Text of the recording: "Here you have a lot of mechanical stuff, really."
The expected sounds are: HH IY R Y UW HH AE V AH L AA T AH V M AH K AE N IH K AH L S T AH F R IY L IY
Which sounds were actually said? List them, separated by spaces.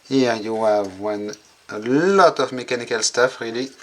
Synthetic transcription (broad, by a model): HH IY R Y UW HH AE V AH L AA T AH V M AH K AE N IH K AH L S T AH F R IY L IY